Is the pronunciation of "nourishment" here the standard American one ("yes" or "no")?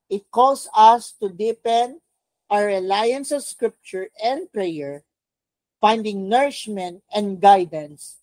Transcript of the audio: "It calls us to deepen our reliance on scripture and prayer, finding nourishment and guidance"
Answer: yes